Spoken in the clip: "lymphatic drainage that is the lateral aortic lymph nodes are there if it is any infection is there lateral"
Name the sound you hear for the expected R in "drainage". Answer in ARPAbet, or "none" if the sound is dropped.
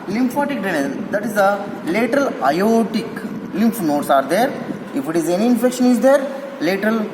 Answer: none